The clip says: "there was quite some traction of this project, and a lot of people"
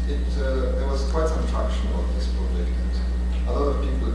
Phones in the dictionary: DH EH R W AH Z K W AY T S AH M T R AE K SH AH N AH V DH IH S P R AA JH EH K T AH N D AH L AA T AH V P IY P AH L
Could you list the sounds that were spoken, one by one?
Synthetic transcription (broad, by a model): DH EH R W AH Z K W AY T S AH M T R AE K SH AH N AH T DH IH S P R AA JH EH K AH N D AH L AA T AH V P IY P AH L